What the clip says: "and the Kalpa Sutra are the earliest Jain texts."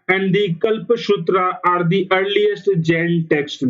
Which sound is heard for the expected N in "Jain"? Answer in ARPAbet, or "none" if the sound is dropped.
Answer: L